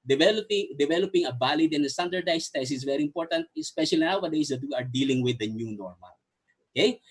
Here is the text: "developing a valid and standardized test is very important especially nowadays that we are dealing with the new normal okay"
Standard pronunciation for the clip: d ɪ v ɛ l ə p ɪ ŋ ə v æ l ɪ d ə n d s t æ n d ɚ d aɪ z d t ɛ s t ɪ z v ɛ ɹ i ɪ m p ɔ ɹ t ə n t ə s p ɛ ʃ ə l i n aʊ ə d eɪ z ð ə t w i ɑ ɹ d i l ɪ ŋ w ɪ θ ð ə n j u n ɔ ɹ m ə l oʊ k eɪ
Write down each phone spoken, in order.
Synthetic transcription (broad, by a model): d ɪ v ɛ l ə p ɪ ŋ ə b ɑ l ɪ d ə n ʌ s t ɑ n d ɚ d aɪ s t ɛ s ɪ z v ɛ ɹ i ɪ m p ɔ ɹ t ə n t ə s p ɛ ʃ ə l i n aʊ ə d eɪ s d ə t w i ɑ ɹ d i l ɪ ŋ w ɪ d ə n j u n ɔ ɹ m ə l oʊ k eɪ